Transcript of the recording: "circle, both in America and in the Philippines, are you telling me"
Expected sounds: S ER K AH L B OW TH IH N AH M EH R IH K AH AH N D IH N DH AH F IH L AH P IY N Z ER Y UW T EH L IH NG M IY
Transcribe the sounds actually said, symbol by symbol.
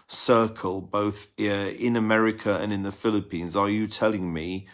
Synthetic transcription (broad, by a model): S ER K AH L B OW TH IH N AH M EH R IH K AH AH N IH N DH AH F IH L AH P IY N Z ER Y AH T EH L IH NG M IY